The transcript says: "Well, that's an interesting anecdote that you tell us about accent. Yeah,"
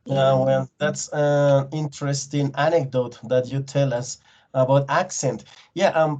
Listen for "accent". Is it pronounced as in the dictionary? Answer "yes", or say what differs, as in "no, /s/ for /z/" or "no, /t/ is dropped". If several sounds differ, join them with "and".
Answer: yes